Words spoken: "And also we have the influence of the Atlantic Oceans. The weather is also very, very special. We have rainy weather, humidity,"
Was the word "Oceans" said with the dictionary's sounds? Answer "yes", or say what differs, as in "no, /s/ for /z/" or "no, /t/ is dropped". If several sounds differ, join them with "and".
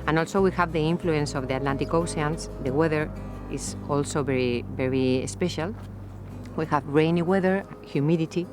no, /s/ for /ʃ/